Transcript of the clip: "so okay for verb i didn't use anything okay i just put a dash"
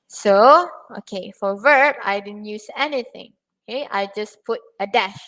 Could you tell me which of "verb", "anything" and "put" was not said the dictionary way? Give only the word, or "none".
none